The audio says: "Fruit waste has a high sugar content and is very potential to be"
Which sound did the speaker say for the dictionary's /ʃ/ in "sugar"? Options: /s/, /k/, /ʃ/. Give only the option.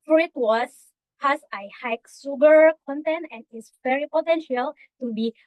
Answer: /s/